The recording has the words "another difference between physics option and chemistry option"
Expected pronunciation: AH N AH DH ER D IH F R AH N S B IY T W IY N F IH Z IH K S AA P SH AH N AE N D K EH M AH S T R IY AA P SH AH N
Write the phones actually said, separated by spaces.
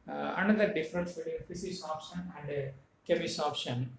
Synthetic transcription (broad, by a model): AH N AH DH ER D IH F R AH N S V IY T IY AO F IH S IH S AA P SH AH N AE N D K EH M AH S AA P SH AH N